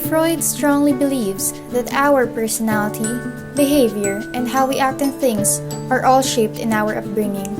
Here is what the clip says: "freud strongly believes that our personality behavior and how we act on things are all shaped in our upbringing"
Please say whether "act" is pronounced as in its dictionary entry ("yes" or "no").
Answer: yes